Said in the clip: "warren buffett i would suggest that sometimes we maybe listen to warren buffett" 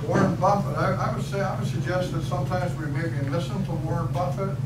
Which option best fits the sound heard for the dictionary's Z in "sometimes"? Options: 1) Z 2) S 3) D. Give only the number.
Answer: 1